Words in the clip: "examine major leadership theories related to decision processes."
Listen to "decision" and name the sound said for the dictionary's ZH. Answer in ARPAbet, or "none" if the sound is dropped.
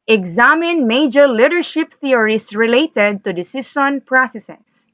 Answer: S